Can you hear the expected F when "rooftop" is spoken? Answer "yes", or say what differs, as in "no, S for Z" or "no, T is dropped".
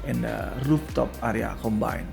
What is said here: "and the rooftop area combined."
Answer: no, P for F